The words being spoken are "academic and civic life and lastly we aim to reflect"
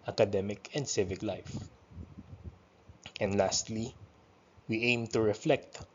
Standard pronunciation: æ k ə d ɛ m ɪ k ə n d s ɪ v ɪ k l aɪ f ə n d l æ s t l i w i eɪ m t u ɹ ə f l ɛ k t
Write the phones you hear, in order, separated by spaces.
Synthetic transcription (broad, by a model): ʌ k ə d ɛ m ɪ k ə n d s ɪ v ɪ k l aɪ f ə n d l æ s t l i w i eɪ m t u ɹ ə f l ɛ k t